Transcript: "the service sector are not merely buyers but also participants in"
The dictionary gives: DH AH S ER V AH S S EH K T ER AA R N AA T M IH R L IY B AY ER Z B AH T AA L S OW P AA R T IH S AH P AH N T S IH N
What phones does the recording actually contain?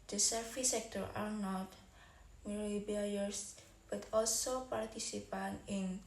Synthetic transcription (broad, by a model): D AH S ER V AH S S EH K T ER AA R N AA T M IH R IY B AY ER S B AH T AA L S OW P AA R T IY S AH P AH N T IH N